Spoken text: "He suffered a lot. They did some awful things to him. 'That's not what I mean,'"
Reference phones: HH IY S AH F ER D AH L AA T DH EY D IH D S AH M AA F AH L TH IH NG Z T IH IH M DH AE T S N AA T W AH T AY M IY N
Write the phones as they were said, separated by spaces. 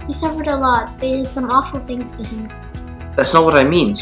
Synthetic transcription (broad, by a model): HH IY S AH F ER D AH L AA T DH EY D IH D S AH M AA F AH L TH IH NG Z T IH IH M DH AE T S N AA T W AH T AY M IY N